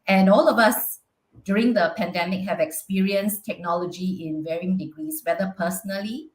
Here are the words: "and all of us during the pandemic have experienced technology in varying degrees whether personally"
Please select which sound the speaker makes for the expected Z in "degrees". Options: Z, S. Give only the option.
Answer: S